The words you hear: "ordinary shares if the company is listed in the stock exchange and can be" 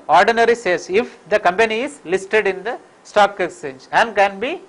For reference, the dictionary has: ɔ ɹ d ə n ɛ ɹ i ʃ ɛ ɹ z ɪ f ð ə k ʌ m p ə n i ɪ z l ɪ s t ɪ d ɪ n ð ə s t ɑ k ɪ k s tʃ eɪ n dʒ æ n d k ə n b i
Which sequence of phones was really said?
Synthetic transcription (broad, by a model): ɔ ɹ d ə n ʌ ɹ i s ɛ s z ɪ f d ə k ʌ m p ə n i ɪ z l ɪ s t ɪ d ɪ n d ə s t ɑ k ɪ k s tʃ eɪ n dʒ æ n d k ə n b i